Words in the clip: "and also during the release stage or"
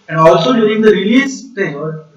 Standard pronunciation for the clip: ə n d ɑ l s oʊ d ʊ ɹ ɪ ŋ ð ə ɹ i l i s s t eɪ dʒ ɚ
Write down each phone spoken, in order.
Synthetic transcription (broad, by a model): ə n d ɑ l s oʊ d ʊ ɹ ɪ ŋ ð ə ɹ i l i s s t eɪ ɚ